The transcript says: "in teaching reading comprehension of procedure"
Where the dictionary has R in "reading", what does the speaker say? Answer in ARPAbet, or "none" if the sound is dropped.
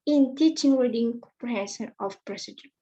W